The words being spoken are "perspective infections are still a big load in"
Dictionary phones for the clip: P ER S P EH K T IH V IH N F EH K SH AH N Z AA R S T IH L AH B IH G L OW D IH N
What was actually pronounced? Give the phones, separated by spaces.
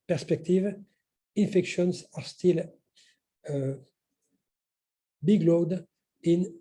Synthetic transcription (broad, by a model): P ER S P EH K T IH V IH N F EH K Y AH N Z AA R S T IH L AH B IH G L OW D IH N